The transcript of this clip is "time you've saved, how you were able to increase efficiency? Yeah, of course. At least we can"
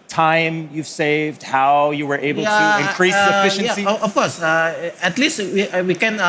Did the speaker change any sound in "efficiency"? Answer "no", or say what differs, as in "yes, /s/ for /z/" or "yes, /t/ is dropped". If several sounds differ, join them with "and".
no